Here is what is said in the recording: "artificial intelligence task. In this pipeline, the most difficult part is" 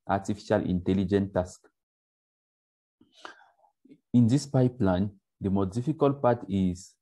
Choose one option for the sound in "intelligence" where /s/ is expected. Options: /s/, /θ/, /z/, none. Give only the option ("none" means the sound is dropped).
none